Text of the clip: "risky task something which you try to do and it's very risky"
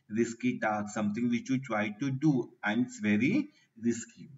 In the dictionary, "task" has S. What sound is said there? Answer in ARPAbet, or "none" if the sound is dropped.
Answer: none